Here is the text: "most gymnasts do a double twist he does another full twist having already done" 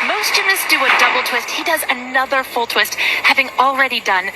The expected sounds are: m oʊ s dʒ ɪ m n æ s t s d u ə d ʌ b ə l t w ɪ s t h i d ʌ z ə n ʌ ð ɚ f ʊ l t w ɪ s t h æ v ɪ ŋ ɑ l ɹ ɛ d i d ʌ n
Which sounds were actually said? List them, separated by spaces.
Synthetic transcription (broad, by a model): m oʊ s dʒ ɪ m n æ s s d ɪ ə d ʌ b l t w ɪ s t h i d ʌ z ə n ʌ ð ɚ f ʊ l t w ɪ s t h æ v ɪ ŋ l ɹ ɛ d i d ʌ n